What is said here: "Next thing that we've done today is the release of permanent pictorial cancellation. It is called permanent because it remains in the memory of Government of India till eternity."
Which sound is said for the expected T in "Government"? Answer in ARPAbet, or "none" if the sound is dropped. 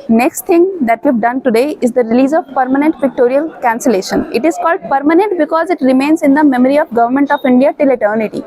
T